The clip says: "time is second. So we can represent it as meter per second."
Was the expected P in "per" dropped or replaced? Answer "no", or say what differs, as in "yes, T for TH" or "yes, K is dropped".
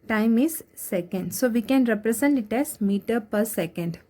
no